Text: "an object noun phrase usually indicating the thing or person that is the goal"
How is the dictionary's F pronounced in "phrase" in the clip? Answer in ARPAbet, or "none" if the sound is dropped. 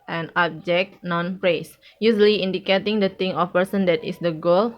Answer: P